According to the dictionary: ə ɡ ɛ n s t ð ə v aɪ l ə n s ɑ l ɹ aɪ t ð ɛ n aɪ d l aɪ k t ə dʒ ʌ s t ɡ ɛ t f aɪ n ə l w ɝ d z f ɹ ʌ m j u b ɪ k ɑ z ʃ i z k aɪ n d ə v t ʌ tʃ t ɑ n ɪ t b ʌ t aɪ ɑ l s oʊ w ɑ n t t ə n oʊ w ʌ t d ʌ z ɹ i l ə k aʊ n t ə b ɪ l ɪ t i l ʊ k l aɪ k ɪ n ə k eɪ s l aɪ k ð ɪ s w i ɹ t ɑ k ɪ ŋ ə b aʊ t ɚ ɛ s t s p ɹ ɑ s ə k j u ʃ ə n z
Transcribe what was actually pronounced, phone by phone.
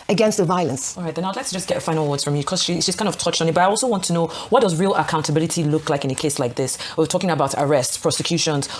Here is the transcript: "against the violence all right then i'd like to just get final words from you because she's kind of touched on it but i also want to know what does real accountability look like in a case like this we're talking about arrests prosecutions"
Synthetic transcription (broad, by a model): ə ɡ ɛ n s t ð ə v aɪ l ə n s ɑ l ɹ aɪ t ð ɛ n aɪ d l aɪ k t ə dʒ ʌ s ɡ ɛ t f aɪ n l w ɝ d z f ɹ ʌ m j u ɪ k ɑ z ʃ i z k aɪ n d ə v t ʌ tʃ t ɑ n ɪ t b ʌ t aɪ ɑ l s oʊ w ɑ n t t ə n oʊ w ʌ t d ʌ z ɹ i l ə k aʊ n t ə b ɪ l ɪ t i l ʊ k l aɪ k ɪ n ə k eɪ s l aɪ k ð ɪ s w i w t ɑ k ɪ ŋ ə b aʊ t ɚ ɛ s t s p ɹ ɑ s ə k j u ʃ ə n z